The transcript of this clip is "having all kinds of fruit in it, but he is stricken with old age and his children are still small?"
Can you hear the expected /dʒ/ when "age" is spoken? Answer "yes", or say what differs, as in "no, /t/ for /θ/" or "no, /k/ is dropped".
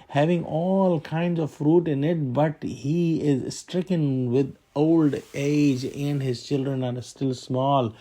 yes